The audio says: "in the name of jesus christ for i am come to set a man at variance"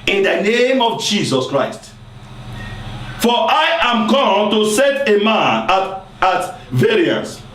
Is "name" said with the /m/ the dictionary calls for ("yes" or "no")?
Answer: yes